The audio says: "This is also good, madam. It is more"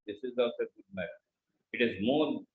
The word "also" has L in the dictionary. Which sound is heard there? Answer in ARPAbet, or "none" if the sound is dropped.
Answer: none